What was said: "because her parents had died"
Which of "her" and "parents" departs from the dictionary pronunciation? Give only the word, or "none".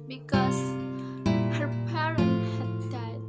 parents